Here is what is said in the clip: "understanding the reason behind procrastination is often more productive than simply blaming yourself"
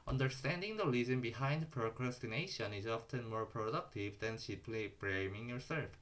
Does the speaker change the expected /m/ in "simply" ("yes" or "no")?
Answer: yes